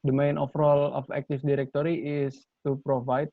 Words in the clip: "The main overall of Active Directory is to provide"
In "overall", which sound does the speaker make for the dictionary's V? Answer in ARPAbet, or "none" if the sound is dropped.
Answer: F